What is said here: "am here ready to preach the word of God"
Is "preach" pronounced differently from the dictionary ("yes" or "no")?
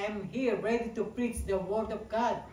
no